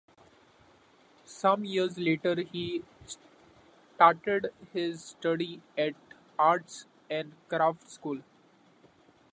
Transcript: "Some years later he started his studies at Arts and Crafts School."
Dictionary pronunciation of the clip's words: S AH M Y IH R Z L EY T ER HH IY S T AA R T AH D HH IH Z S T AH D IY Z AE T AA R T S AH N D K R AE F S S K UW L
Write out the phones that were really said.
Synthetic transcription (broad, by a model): S AH M Y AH R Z L EY T ER HH IY S T AA R T AH D HH IH Z S T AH D IY AE T AA R T S AH N D K R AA F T S K UW L